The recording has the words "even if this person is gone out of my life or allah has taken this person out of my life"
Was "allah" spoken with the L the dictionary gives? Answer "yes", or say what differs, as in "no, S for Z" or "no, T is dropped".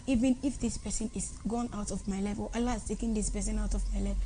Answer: yes